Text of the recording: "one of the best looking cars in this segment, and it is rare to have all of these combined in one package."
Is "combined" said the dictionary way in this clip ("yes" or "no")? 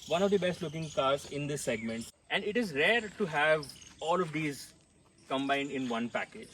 yes